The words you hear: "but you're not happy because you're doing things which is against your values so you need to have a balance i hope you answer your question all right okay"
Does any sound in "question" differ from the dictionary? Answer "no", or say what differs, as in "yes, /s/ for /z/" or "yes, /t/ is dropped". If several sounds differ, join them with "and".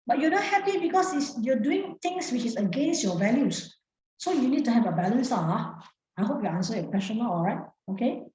yes, /ʃ/ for /tʃ/